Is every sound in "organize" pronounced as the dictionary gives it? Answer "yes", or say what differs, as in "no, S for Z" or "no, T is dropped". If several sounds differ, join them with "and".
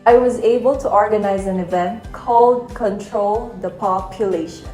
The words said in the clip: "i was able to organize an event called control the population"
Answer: yes